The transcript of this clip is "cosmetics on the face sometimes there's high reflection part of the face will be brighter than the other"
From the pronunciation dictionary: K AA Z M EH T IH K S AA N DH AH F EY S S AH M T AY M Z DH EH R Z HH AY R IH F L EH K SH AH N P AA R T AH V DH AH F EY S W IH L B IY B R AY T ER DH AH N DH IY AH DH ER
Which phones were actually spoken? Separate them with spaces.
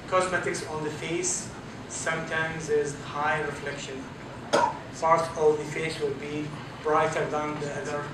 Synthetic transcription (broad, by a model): K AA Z M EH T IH K S AA N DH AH F EY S S AH M T AY M Z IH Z HH AY R IH F L EH K SH AH N P AA R T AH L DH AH F EY S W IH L B IY B R AY T ER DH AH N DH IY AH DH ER